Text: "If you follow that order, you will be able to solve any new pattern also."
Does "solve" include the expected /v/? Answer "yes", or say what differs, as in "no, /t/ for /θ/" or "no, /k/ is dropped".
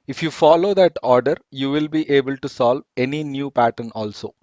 yes